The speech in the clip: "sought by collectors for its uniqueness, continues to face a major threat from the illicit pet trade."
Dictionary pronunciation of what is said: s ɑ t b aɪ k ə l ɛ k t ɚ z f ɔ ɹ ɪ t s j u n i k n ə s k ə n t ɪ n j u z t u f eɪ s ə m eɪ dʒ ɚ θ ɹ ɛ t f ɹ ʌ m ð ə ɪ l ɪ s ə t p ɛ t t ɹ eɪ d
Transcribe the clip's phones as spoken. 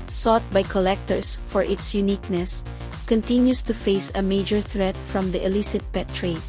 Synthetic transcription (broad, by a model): s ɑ t b aɪ k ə l ɛ k t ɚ s f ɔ ɹ ɪ t s j u n i k n ə s k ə n t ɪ n j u s t u f eɪ s ə m eɪ dʒ ɚ θ ɹ ɛ t f ɹ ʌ m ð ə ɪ l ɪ s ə t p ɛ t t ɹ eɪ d